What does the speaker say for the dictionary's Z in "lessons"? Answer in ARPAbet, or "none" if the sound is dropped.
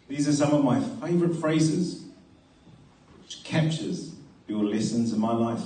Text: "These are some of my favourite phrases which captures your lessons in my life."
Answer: Z